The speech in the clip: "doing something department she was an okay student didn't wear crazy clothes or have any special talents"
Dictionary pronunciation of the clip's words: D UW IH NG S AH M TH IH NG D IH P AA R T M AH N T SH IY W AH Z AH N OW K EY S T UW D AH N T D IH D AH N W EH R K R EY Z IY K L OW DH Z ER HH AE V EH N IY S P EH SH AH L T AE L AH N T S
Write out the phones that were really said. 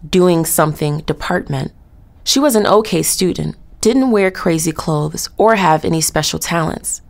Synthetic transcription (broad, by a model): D UW IH NG S AH M TH IH NG D IH P AA R T M AH N T SH IY W AH Z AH N OW K EY S T UW D N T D IH D N W EH R K R EY Z IY K L OW DH Z ER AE V EH N IY S P EH SH L T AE L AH N T S